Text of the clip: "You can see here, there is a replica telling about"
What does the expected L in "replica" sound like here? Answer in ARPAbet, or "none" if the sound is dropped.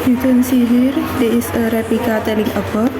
none